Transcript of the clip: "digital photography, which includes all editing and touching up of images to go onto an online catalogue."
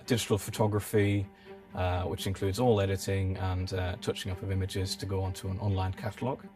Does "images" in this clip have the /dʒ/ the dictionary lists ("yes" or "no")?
yes